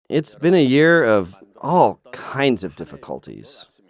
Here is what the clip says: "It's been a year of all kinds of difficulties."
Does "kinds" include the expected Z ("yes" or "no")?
yes